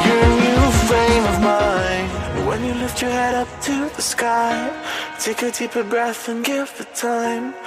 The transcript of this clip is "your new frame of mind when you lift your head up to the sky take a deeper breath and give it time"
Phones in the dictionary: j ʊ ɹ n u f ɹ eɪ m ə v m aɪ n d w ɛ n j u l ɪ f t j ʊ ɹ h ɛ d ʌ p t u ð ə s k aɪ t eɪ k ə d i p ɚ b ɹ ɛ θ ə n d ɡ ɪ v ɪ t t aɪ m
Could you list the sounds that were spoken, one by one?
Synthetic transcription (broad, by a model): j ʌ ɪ n u f ɹ eɪ m ə v m aɪ n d w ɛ n j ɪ l ɪ f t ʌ ɹ h ɛ d ʌ p t u ð ə s k aɪ t eɪ k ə d i p ɚ b ɹ ɛ θ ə n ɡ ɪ f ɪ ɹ t aɪ m